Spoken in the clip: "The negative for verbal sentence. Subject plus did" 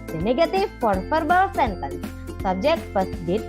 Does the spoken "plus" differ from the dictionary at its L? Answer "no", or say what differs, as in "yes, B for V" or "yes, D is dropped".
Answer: yes, L is dropped